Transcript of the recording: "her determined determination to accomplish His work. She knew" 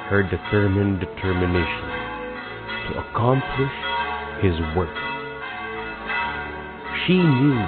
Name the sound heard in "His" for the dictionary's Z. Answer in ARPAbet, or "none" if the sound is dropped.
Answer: Z